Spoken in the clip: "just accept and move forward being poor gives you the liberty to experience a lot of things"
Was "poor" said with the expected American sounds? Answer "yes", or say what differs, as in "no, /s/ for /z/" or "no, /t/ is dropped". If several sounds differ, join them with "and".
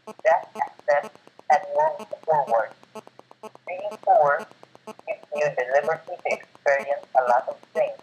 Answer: no, /f/ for /p/